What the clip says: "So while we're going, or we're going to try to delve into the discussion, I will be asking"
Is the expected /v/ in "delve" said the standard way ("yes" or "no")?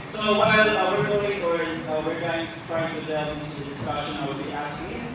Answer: no